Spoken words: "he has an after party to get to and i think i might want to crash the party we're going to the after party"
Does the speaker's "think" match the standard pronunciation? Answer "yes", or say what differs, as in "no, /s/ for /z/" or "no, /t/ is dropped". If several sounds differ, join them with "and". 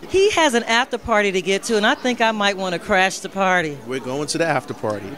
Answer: yes